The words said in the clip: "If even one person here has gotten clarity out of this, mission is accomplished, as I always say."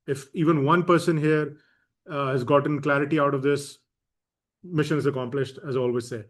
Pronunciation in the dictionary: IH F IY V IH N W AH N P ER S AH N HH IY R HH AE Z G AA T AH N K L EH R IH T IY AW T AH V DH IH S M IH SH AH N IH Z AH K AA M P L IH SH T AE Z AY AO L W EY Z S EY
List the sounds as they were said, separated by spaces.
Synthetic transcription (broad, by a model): IH F IY V IH N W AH N P ER S AH N HH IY R HH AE Z G AA T AH N K L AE R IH T IY AW T AH V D IH S M IH SH AH N IH Z AH K AA M P L IH SH T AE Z AY AO L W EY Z S EY